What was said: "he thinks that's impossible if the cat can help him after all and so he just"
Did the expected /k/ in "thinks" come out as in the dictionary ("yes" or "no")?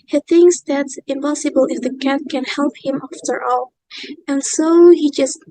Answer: yes